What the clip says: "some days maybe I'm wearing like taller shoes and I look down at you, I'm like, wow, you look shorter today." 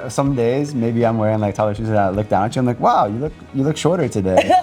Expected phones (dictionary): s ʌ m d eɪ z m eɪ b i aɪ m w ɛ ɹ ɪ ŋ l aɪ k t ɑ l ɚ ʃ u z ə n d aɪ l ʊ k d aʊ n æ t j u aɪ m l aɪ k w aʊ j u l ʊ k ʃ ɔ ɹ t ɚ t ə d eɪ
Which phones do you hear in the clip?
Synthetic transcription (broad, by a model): s ʌ m d eɪ z m eɪ b i aɪ m w ɛ ɹ ɪ ŋ l aɪ k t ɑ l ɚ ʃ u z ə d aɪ l ʊ k d aʊ n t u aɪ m l aɪ k w aʊ j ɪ l ʊ k ʃ ɔ ɹ t ɚ t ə d eɪ